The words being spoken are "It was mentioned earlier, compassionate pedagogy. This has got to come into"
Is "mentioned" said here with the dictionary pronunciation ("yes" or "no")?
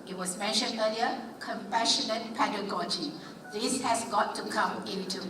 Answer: yes